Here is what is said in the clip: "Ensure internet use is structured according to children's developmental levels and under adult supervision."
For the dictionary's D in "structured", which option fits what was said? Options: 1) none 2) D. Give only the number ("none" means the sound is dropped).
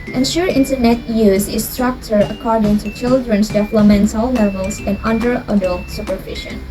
1